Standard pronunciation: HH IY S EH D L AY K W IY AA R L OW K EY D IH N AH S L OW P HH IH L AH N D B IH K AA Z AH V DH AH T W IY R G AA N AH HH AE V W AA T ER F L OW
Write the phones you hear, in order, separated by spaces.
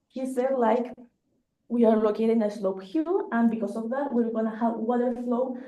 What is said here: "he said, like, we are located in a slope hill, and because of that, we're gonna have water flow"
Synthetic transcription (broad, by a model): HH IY S EH D L AY K W IY AA R L OW K EY D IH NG AH S L OW P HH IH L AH N B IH K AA S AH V DH AH T W IY R G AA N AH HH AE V W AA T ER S L OW